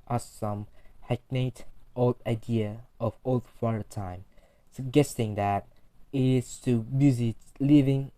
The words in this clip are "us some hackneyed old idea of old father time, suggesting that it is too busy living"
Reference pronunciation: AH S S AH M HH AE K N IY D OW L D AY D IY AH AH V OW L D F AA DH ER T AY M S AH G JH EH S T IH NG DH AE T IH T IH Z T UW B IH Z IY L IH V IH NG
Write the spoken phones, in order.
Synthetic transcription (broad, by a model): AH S S AH M HH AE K N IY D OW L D AY D IY AH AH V OW L D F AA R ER T AY M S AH G EH S T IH NG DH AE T IH T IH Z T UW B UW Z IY L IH V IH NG